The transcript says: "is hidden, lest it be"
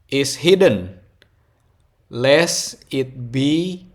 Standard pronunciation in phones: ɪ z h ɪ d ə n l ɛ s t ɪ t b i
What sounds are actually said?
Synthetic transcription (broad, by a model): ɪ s h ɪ d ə n l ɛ s ɪ t b i